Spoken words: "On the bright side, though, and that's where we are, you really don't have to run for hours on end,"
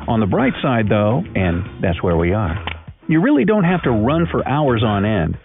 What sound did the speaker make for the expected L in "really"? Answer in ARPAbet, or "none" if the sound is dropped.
L